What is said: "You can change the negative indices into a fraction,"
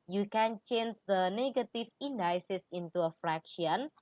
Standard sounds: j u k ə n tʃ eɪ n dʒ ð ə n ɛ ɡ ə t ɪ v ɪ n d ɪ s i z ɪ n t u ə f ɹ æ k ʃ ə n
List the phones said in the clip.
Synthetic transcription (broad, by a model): j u k ə n tʃ eɪ n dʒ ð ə n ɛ ɡ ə t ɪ f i n d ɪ s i s ɪ n t u ə f ɹ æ k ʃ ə n